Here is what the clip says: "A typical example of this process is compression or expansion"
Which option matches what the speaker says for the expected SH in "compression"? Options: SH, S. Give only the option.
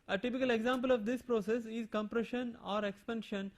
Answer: SH